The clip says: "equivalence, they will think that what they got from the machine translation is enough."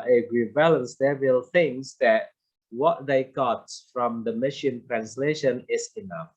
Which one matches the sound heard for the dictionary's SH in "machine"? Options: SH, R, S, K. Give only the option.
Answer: SH